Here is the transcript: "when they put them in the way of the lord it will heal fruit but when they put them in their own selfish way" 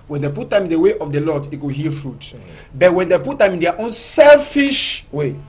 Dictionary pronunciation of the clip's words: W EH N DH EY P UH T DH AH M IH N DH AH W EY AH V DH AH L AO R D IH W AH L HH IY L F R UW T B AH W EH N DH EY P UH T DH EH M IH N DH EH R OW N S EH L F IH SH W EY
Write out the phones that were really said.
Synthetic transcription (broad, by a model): W EH N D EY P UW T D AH M IH N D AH W EY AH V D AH L AO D IH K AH HH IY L F R UW T B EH W EH N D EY P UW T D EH M IH N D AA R OW N S EH L F IH SH W EY